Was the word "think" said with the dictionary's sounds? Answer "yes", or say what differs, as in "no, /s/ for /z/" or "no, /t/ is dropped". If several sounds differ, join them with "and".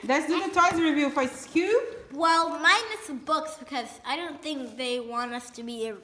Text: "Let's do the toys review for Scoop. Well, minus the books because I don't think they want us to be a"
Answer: yes